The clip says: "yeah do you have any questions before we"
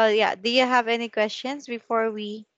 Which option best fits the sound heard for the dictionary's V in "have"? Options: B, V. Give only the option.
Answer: V